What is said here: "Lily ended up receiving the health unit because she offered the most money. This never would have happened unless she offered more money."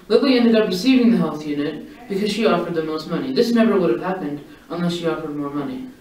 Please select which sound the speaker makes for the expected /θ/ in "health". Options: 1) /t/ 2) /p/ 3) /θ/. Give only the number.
3